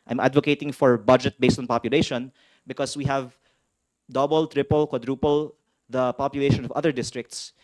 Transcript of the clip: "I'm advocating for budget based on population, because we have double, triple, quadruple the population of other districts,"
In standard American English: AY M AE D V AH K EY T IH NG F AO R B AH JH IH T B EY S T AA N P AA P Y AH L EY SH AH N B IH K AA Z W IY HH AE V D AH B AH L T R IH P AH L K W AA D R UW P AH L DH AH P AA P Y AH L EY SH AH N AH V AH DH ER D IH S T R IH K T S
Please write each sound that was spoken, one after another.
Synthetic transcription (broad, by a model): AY M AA D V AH K EY T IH NG F AO R B AH JH IH T B EY S T AA N P AA P Y AH L EY SH AH N B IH K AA S W IY HH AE V D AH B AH L T R IH P AH L K W AA D R UW P AH L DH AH P AA P Y AH L EY SH AH N AH V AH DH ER D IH S T R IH K T S